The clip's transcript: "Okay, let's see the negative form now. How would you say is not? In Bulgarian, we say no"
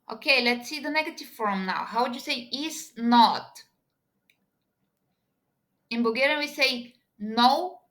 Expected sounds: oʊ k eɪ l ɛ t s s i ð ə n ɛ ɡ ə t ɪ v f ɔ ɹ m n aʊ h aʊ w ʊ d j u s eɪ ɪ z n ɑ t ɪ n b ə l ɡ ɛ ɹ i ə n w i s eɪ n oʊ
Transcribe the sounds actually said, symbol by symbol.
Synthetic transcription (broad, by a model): oʊ k eɪ l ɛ t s s i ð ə n ɛ ɡ ə t ɪ v f ɔ ɹ m n aʊ h aʊ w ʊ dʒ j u s eɪ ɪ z n ɑ t ɪ n b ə ɡ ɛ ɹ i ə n w i s eɪ n oʊ